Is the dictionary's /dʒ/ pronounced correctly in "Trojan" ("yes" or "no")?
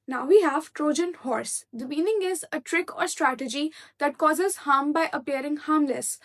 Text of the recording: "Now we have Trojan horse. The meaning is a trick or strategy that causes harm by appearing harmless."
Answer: yes